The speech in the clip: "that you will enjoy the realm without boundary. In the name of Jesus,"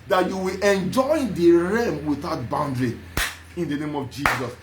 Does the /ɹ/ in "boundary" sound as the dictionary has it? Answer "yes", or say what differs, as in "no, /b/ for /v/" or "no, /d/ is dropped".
yes